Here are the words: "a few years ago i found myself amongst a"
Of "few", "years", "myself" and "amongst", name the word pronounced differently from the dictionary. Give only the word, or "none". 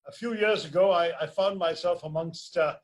none